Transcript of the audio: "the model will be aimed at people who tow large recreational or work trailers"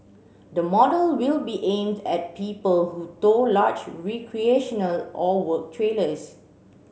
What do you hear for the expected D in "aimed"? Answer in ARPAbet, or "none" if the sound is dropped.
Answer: D